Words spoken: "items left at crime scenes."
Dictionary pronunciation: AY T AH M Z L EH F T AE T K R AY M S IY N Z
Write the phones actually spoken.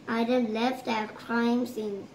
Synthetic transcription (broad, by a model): AY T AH L EH F T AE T K R AY M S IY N